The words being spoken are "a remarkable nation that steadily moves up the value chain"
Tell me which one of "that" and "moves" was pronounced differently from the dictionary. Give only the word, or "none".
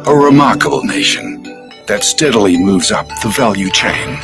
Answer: none